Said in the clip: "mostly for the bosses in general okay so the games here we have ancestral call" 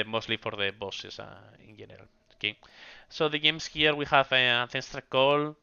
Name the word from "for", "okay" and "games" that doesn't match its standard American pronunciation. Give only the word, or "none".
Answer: games